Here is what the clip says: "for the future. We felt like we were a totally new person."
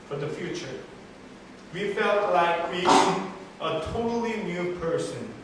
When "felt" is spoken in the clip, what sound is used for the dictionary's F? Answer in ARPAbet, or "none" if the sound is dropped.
F